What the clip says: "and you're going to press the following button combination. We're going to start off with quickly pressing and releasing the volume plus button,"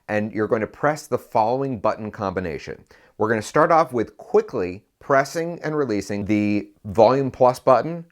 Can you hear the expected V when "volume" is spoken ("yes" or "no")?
yes